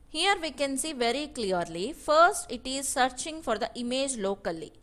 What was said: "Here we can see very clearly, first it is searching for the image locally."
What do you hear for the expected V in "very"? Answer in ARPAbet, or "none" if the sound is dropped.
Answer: V